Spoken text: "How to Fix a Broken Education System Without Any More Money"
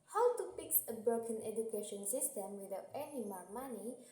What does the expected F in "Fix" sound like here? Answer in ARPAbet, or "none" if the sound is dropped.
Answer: P